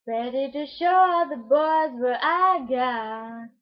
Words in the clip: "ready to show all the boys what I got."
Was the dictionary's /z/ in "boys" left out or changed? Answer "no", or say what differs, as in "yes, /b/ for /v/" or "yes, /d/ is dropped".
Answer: no